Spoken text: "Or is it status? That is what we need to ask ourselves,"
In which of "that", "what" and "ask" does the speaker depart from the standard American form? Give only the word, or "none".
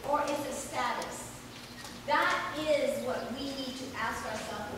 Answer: none